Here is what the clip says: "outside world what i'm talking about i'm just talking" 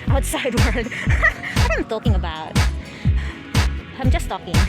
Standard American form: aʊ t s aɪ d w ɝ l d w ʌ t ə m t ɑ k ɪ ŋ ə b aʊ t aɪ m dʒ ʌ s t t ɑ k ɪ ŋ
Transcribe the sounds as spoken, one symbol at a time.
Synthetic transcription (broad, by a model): aʊ t s aɪ d w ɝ d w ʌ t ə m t ɑ k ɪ ŋ ə b aʊ t aɪ m dʒ ʌ s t t ɑ k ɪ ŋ